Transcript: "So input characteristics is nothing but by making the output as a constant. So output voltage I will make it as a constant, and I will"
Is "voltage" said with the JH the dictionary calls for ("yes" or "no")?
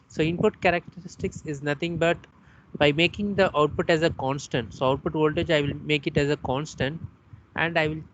yes